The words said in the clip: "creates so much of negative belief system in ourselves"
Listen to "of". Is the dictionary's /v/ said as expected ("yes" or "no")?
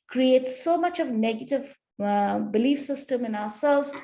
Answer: yes